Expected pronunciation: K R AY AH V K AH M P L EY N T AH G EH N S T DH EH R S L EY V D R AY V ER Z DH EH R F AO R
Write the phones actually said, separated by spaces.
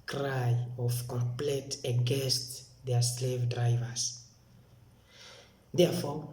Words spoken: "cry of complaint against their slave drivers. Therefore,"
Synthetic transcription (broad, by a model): K R AY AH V K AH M P L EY T AH G EH N S T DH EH S L EY V D R AY V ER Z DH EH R F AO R